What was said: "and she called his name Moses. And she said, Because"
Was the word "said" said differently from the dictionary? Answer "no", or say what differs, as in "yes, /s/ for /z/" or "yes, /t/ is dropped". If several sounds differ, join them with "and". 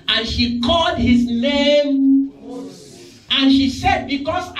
no